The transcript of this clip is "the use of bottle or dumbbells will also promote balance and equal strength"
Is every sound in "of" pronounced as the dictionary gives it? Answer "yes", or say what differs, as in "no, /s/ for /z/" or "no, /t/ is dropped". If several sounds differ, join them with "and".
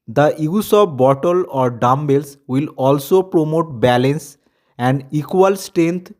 no, /p/ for /v/